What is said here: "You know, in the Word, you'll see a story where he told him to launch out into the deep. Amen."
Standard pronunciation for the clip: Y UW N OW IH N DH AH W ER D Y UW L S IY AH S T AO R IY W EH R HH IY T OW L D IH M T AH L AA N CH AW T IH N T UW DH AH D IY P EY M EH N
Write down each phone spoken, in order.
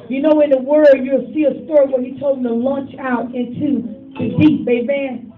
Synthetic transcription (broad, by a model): Y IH N OW IH N DH AH W ER D Y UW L S IY AH S T AO R IY W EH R HH IY T OW L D M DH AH L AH N CH AW T IH N T UW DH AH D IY B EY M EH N